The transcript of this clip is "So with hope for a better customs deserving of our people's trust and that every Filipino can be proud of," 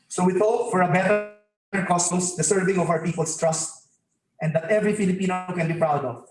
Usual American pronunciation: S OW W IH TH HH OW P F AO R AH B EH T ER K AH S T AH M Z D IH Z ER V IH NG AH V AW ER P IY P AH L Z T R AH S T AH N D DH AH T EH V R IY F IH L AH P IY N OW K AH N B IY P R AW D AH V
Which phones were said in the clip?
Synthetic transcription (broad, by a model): S OW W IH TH OW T F AO R AH B EH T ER K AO S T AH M S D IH S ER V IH NG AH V AW ER P IY P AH L S T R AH S T AH N D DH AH T EH V R IY F IH L AH P IY N OW K AH N B IY P R AW D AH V